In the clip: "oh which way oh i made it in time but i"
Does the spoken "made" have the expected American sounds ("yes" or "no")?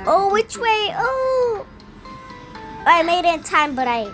no